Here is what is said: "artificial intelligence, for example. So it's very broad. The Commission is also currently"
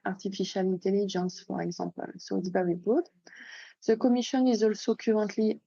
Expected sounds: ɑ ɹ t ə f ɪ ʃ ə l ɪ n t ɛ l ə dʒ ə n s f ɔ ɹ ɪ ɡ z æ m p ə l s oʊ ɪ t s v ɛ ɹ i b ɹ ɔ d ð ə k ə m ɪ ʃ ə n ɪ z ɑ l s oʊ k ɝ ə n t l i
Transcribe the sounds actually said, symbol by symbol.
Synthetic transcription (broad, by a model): ɑ ɹ t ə f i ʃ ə l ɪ n t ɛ l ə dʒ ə n s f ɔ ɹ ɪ ɡ z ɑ p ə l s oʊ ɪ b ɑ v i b ɔ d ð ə k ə m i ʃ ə n ɪ z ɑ l s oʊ k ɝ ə n t l i